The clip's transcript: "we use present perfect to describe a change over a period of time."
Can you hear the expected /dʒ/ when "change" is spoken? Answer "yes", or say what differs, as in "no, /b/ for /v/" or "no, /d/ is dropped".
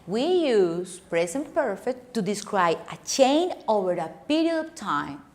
no, /dʒ/ is dropped